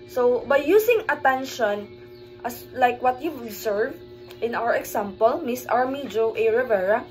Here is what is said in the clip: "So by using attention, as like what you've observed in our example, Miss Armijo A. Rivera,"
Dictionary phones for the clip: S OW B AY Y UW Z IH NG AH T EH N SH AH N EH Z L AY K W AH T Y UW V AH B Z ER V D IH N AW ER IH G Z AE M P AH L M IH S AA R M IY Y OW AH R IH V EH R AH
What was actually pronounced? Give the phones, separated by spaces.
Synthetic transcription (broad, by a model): S OW B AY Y UW S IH NG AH T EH N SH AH N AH S L AY K W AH T Y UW AH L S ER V IH N AW ER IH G S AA M P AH L M IH S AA R M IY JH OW AH R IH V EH R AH